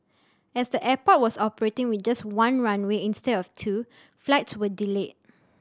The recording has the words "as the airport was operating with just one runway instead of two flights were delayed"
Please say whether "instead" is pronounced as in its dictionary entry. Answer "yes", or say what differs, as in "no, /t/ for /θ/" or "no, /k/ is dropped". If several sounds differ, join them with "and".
yes